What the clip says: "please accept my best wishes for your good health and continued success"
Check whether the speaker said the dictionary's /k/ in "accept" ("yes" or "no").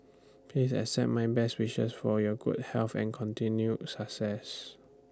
no